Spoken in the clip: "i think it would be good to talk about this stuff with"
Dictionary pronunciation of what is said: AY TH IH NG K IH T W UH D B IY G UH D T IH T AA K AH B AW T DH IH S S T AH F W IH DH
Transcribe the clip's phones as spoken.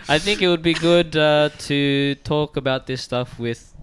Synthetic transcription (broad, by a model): AY TH IH NG K IH T W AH D B IY G UH D T IH T AA K AH B AW T DH IH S S T AH F W IH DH